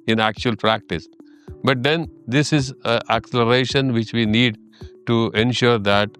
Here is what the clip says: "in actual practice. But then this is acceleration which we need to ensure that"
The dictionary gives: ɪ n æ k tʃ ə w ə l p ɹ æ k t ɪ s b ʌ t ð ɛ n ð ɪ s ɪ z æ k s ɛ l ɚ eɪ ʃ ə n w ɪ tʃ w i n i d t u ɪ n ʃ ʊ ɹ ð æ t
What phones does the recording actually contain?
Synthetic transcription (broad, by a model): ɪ n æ k tʃ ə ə l p ɹ æ k t ɪ s b ʌ t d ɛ n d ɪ s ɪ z æ k s ɛ l ɚ eɪ ʃ ə n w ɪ tʃ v i n i d t u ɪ n ʃ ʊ ɹ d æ t